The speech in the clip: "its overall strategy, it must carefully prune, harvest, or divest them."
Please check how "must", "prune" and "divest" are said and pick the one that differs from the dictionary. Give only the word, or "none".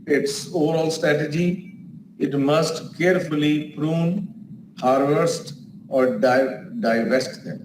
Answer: none